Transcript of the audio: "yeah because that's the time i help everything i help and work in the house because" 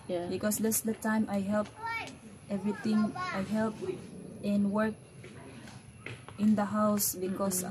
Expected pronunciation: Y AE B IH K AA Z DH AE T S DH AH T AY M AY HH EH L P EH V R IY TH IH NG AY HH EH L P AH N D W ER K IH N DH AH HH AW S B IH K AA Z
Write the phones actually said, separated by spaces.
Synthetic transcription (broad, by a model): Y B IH K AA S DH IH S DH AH T AY M AY HH EH L P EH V R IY T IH NG AY HH EH L P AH N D W ER K IH N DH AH HH AW S B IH K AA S